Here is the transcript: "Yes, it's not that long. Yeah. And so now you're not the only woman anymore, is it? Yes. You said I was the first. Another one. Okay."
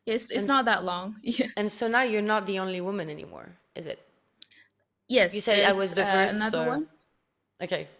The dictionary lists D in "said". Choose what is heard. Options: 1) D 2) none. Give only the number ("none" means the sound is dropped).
2